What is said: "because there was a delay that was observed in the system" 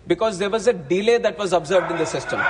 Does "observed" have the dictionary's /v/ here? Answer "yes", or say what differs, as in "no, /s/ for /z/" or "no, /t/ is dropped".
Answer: yes